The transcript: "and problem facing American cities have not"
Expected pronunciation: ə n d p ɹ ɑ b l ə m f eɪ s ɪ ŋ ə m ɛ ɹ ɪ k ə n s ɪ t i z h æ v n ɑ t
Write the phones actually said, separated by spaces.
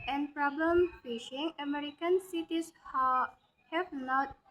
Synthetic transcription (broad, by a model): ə n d p ɹ ɑ b l ə m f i ʃ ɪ ŋ ə m ɛ ɹ ɪ k ə n s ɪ t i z h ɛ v n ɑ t